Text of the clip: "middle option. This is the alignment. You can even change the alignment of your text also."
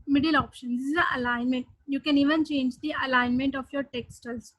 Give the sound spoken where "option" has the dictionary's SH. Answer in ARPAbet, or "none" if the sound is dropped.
SH